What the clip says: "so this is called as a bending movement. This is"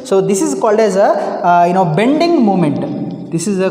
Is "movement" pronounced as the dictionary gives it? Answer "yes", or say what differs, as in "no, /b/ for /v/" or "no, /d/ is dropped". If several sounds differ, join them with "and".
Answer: no, /v/ is dropped